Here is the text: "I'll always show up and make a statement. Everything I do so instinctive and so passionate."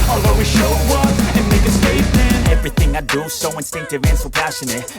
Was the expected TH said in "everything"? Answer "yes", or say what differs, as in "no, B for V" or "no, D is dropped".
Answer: yes